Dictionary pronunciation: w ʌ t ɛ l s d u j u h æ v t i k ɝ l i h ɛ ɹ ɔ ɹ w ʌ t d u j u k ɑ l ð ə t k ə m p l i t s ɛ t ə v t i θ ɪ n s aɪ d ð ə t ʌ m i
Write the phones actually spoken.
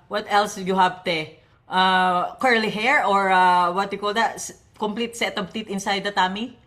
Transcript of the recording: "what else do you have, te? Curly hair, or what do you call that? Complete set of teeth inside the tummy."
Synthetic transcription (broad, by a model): w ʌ t ɛ l s j u h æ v t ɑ k ɝ l i h ɛ ɹ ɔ ɹ w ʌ t j u k ɑ l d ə t k ə m p l i t s ɛ t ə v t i t ɪ n s aɪ d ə t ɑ m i